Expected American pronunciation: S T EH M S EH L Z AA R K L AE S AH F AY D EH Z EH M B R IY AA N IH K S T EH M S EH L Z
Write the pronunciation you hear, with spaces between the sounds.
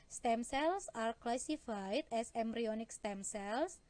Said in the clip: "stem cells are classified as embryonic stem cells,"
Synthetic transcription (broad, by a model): S T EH M S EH L S AA R K L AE S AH F AY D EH S EH M B R IY AA N IH K S T EH M S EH L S